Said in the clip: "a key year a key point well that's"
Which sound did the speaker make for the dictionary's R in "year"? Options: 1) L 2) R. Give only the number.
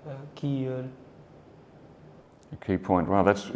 1